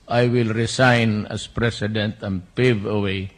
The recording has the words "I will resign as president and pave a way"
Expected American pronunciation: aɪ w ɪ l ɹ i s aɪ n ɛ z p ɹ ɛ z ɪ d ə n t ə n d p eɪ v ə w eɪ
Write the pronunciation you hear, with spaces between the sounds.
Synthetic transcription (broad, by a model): aɪ w ɪ l ɹ i s aɪ n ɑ s p ɹ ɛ s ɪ d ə n t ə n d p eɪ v ə w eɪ